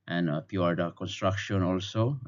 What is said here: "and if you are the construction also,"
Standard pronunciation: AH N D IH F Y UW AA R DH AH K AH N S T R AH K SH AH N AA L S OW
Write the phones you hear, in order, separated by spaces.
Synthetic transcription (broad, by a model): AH N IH P Y UW AA R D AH K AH N S T R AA K SH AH N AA L S OW